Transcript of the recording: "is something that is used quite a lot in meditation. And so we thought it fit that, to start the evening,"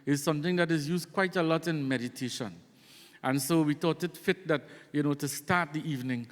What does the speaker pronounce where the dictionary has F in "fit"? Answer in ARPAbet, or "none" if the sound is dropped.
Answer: F